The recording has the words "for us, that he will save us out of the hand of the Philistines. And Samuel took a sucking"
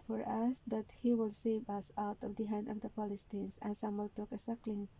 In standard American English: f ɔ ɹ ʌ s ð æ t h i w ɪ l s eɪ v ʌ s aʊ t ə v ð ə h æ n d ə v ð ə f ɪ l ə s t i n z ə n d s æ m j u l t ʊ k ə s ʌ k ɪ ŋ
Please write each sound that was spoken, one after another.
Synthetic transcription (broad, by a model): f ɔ ɹ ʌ s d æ t h i w ɪ l s eɪ v ʌ s aʊ t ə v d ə h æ n d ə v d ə p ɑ l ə s t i n s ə n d s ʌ m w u l t ʊ k ə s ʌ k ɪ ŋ